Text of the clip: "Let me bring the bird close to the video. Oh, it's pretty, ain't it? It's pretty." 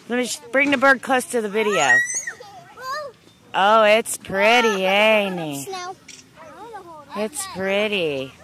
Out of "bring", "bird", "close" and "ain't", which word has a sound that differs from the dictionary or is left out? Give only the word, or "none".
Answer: ain't